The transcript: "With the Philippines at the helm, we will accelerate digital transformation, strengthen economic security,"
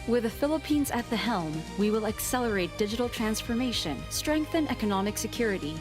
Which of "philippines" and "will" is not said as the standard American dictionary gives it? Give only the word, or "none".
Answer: none